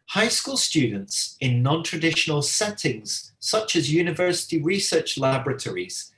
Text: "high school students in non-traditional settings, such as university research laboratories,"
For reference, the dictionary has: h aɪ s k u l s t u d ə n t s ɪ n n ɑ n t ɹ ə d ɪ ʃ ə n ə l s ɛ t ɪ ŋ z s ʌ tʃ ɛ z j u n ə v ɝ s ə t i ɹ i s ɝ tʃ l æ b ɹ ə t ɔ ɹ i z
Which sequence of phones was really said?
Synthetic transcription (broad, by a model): h aɪ s k u l s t u d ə n t s ɪ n n ɑ n t ɹ ə d ɪ ʃ ə n ə l s ɛ t ɪ ŋ z s ʌ tʃ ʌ z j u n ə v ɝ s ə t i ɹ i s ɝ tʃ l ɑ b ɹ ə t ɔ ɹ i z